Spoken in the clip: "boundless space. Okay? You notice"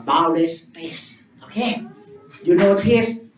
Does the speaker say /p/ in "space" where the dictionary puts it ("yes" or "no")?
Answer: no